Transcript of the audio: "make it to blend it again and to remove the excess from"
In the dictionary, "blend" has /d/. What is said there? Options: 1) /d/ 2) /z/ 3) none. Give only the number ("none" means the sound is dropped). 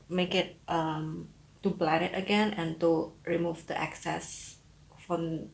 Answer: 3